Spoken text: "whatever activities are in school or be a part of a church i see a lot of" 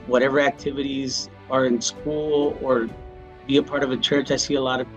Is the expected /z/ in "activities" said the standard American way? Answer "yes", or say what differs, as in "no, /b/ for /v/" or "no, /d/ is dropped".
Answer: yes